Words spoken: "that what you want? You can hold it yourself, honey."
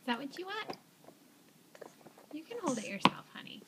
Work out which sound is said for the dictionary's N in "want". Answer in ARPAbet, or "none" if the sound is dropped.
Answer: none